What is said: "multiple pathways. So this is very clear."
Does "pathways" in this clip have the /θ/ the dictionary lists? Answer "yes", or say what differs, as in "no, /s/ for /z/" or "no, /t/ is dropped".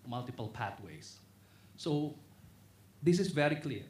no, /t/ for /θ/